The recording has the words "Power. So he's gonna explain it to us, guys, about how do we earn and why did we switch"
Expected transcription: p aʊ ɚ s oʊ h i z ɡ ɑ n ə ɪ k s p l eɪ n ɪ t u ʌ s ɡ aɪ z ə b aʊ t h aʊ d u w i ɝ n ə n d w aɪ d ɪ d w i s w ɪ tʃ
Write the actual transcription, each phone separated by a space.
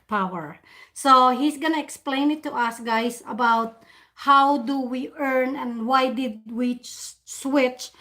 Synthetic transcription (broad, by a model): p aʊ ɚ s oʊ h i s ɡ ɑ n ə ɪ k s p l eɪ n ɪ t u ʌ s ɡ aɪ s ə b aʊ t h aʊ d u w i ɝ n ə n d w aɪ d ɪ d w i s w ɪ tʃ